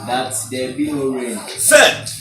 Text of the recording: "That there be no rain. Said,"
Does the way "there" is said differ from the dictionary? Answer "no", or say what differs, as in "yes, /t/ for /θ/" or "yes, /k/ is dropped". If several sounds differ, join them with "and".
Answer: yes, /l/ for /ɹ/